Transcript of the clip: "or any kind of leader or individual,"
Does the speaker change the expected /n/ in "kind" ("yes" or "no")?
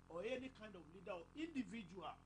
no